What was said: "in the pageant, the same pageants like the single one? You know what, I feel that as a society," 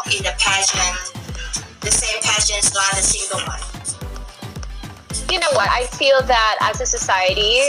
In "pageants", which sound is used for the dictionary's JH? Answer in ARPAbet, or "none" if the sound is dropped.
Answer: SH